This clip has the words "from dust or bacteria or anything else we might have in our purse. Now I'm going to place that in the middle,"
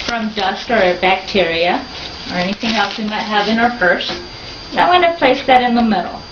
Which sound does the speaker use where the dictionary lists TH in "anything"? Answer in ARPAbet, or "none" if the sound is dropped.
TH